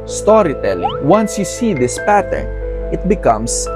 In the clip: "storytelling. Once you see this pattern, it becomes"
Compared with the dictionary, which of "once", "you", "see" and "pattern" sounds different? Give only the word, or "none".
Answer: none